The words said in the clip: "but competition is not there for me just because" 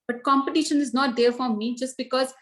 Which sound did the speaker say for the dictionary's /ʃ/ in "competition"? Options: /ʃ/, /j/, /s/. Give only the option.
/ʃ/